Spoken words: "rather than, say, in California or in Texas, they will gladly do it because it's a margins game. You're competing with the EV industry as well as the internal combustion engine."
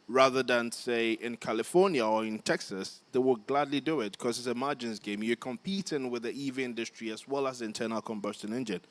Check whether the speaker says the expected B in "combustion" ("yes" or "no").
yes